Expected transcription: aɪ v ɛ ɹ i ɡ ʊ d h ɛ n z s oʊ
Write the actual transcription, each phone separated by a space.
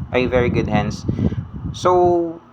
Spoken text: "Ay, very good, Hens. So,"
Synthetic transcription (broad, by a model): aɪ v ɛ ɹ i ɡ ʊ d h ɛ n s s oʊ